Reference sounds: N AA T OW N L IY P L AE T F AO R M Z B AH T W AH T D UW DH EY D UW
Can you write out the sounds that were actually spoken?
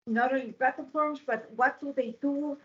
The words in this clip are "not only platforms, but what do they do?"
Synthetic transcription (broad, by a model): N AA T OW L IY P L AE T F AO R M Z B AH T W AH T D UW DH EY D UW